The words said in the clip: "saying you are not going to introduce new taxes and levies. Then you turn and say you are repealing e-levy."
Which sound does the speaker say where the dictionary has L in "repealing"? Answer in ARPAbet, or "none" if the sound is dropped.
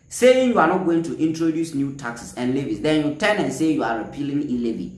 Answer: L